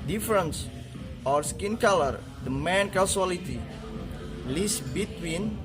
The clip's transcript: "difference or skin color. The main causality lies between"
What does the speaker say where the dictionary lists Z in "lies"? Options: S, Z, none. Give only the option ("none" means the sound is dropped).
S